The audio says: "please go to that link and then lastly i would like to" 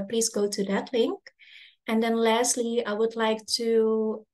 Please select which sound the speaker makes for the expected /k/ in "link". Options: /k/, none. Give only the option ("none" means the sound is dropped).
/k/